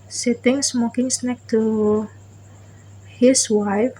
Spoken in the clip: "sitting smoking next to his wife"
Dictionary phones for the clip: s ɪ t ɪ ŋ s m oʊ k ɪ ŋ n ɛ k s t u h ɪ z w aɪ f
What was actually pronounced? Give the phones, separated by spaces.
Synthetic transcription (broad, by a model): s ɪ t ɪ ŋ s m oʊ k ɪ ŋ n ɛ k t u h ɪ s w aɪ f